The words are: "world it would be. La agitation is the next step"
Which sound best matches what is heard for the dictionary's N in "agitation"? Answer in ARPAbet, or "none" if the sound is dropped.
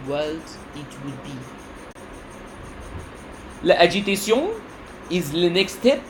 none